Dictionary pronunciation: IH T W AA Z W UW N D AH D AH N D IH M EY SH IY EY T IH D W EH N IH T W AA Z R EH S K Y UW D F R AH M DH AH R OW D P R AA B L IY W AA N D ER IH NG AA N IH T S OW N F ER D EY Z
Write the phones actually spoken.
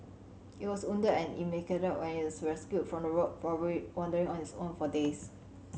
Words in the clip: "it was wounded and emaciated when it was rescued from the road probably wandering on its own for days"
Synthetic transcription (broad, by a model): IH T W AA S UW N D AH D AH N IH M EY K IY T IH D W EH N IH T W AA S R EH S K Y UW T F R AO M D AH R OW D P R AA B IY W AA N D ER IH NG AA N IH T S OW N F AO D EY S